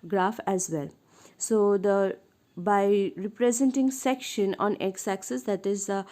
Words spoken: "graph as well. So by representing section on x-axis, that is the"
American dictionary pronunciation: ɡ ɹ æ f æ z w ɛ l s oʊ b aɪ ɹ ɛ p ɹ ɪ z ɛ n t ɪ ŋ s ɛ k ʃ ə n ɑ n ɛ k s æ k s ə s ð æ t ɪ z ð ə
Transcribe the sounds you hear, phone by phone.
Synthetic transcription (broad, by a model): ɡ ɹ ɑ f æ z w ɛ l s oʊ b aɪ ɹ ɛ p ɹ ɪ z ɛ n t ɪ ŋ s ɛ k ʃ ə n ɑ n ɛ k s æ k s ə s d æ t ɪ z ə